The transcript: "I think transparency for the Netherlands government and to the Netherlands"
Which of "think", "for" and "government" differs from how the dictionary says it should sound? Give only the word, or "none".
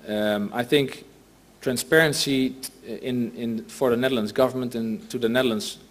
none